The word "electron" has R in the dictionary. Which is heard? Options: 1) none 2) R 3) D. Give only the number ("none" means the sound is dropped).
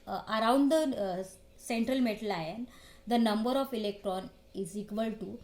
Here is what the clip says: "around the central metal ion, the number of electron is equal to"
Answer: 2